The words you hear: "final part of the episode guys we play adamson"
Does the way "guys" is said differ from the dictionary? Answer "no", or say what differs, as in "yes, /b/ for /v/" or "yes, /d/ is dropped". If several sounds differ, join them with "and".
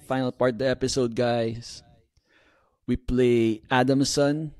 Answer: yes, /s/ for /z/